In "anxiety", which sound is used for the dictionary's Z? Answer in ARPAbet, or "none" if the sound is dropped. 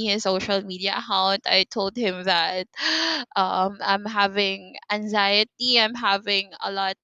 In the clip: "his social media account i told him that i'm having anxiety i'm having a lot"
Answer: Z